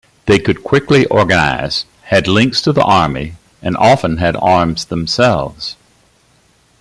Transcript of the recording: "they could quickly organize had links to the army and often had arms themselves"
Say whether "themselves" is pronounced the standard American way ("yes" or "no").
yes